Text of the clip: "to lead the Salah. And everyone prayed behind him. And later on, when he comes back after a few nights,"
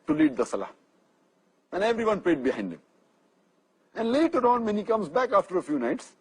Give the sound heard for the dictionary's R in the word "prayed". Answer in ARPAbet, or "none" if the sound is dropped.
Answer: L